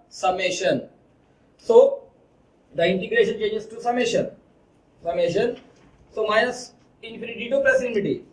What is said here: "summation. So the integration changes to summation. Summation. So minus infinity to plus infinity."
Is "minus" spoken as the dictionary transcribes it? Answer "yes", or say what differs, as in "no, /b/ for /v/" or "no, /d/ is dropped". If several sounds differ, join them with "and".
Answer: no, /n/ is dropped